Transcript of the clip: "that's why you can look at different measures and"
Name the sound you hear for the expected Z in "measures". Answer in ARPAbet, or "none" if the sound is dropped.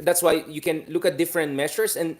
S